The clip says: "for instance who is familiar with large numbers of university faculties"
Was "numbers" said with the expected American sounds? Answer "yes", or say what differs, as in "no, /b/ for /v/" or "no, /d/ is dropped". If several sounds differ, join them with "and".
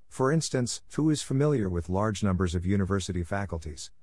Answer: yes